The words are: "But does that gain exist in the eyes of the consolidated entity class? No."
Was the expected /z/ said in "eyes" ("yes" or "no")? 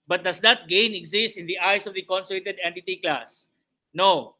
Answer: no